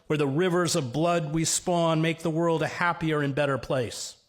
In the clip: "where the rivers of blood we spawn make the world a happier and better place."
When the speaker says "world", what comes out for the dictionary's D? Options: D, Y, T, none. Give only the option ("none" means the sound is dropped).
D